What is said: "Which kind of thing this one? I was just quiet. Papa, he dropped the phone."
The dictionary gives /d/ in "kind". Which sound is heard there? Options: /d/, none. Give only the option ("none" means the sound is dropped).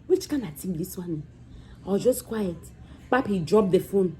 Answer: none